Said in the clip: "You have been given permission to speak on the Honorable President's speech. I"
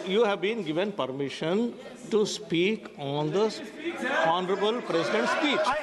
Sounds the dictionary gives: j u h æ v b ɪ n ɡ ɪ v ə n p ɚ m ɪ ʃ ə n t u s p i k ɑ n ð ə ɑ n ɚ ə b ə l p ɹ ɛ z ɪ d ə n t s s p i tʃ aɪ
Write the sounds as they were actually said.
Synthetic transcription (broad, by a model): j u h æ v b ɪ n ɡ ɪ v ə n p ɚ m ɪ ʃ ə n t u s p i k ɑ n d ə ɑ n ɚ ə b ə l p ɹ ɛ s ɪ d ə n t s s p i tʃ